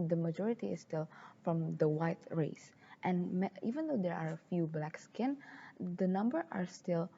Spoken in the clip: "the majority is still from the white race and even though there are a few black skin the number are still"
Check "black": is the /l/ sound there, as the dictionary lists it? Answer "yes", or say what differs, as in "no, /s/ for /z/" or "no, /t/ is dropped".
yes